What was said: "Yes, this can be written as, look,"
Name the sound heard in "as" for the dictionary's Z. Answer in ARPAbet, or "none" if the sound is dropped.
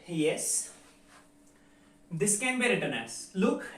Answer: S